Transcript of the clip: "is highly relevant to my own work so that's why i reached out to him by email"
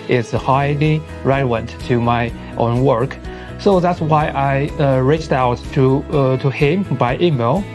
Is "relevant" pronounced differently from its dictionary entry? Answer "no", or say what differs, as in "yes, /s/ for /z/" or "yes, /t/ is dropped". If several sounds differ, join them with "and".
yes, /l/ is dropped and /w/ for /v/